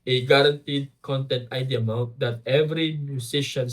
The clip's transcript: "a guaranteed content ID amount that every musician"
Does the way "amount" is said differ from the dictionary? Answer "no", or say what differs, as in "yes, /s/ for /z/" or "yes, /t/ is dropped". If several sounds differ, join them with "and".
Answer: yes, /n/ is dropped